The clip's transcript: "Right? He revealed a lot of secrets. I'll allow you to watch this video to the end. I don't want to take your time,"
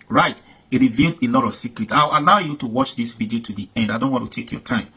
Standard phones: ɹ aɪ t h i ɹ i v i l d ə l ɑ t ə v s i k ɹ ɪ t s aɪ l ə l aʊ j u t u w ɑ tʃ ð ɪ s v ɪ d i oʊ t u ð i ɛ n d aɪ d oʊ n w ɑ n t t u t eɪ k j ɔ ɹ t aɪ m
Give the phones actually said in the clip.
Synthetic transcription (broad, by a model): ɹ aɪ t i ɹ i v i l d ə l ɑ t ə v s i k ɹ ɪ t s aɪ w ə l aʊ j u t u w ɑ tʃ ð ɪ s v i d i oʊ t u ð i ɛ n d aɪ d oʊ n w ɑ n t t u t eɪ k j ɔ t aɪ m